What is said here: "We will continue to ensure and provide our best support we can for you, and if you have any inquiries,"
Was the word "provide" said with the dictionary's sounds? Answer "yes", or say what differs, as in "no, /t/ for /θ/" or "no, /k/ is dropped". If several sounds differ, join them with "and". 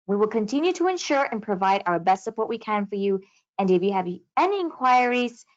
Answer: yes